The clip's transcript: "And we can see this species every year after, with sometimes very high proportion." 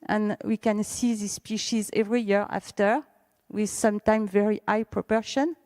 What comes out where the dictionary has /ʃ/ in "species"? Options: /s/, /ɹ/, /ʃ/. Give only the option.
/ʃ/